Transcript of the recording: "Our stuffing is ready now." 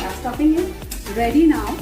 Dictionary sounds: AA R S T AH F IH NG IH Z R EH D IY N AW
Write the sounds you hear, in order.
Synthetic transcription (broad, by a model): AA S T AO P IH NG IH R EH D IY N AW